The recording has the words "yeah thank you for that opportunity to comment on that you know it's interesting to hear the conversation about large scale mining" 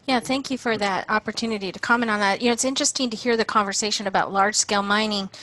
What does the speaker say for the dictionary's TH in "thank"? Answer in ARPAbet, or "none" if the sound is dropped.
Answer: TH